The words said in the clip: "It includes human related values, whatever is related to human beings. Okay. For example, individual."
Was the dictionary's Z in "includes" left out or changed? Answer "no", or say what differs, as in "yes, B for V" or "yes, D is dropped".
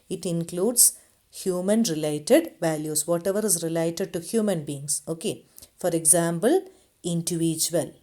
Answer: yes, S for Z